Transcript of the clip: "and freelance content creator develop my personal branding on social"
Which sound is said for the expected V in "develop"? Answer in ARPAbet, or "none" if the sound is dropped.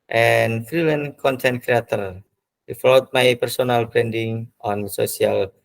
F